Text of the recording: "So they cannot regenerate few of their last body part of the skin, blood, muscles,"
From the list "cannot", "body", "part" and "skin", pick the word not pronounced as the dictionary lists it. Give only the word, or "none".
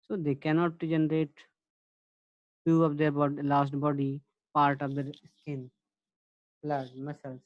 none